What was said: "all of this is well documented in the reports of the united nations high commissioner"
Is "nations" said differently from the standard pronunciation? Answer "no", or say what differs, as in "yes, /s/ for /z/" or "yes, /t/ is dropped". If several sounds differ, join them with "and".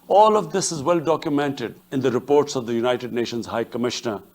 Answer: no